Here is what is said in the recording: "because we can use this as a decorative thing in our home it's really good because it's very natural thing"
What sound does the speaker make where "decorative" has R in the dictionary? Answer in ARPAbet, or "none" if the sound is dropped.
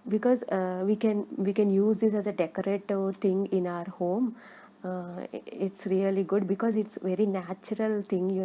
none